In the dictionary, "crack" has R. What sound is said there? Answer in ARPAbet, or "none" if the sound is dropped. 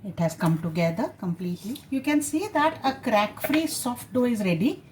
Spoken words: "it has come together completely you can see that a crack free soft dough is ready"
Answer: R